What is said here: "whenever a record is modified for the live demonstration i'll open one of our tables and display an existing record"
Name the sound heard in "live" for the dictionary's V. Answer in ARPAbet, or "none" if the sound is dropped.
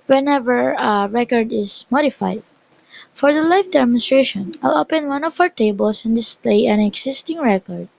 F